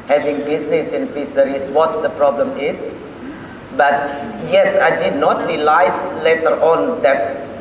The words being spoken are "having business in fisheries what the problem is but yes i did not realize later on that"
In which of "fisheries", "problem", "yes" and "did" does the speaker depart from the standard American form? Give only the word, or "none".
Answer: fisheries